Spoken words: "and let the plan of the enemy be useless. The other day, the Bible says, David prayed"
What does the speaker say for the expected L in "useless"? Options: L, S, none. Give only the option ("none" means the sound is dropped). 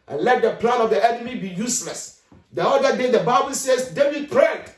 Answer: L